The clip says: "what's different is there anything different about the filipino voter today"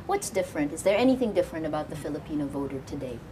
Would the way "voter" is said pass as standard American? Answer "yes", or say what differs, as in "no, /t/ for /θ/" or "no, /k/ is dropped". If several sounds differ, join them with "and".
yes